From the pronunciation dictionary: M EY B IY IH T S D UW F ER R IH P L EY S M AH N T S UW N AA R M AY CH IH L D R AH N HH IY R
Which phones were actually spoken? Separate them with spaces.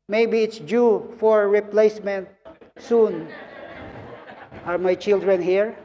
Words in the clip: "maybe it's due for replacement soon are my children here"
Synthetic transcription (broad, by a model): M EY B IY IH T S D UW F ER R IH P L EY S M AH N T S UW N AA R M AY CH IH L D R AH N HH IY R